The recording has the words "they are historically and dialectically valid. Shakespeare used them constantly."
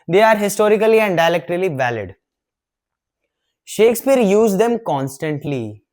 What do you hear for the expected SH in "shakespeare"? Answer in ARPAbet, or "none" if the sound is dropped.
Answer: SH